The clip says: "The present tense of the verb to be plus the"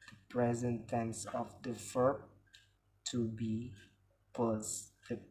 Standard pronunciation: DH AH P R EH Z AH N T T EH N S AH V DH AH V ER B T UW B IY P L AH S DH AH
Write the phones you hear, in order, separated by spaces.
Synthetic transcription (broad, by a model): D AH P R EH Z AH N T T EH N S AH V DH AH F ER T UW B IY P AH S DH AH